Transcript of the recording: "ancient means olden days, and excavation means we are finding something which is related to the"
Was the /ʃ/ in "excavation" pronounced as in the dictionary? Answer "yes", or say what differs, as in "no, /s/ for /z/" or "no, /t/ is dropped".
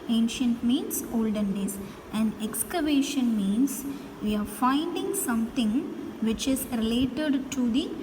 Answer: yes